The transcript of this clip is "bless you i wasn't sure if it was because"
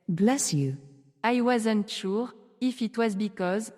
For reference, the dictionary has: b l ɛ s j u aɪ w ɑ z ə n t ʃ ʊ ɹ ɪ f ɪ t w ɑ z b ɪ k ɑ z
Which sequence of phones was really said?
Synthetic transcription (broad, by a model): b l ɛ s j u aɪ w ɑ z ə n t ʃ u ɹ ɪ f ɪ t w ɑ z b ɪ k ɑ z